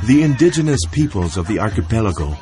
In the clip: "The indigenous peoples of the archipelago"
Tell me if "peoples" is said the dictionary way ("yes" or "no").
yes